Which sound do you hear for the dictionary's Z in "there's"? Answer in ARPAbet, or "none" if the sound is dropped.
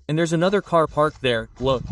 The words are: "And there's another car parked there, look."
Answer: Z